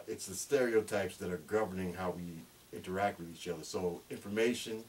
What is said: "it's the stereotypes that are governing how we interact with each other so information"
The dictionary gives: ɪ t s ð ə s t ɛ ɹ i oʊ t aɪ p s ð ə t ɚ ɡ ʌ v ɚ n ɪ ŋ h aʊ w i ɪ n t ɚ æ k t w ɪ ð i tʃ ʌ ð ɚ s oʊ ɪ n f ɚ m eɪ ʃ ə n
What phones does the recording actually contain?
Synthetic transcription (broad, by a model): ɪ t s ð ə s t ɛ ɹ i oʊ t aɪ p s ð ə t ɚ ɡ ʌ v ɚ n ɪ ŋ h aʊ w i ɪ n t ɚ æ k t w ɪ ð i tʃ ʌ ð ɚ s oʊ ɪ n f ɚ m eɪ ʃ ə n